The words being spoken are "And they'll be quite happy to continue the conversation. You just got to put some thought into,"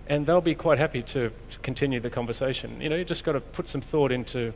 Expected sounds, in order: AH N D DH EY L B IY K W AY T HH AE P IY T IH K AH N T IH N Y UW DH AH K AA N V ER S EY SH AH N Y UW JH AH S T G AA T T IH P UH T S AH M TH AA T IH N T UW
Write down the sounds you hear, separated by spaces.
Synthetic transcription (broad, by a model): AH N DH EY L B IY K W AY T HH AE P IY T IH K N T IH N Y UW DH AH K AA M V ER S EY SH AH N Y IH JH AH S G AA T T IH P UH T S AH M TH AA T IH N T UW